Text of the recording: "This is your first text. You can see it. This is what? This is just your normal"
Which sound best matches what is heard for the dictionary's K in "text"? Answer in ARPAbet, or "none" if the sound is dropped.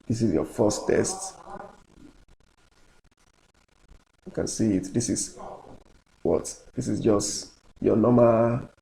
none